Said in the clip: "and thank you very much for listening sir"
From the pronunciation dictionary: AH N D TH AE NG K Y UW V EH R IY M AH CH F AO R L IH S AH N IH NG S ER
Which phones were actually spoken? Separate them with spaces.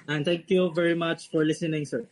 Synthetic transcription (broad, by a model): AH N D T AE NG K Y UW V EH R IY M AH CH F AO R L IH S AH N IH NG S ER